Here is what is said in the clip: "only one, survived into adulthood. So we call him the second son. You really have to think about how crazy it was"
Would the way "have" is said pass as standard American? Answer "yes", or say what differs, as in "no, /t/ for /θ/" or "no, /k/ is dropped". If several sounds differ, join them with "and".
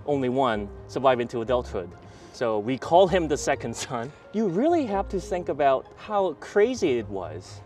no, /f/ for /v/